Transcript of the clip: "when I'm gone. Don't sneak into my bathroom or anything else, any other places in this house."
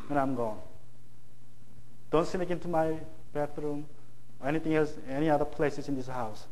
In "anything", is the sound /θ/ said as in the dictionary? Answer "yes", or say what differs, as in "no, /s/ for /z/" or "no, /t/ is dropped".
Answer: no, /t/ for /θ/